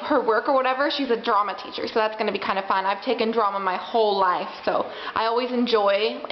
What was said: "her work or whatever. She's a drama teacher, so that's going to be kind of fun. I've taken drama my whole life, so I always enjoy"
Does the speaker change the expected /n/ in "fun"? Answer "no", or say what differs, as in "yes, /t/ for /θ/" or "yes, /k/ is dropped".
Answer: no